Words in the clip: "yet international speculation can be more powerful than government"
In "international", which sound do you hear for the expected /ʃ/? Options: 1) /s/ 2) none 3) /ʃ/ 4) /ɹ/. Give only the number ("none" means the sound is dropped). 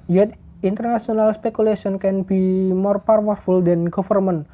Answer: 1